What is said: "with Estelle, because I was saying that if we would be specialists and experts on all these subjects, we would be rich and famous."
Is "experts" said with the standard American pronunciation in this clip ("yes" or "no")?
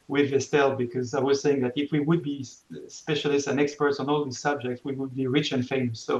yes